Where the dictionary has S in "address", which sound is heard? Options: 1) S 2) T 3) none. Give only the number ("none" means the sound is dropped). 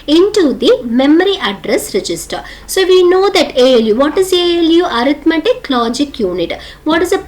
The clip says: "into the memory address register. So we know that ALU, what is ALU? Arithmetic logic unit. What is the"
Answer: 1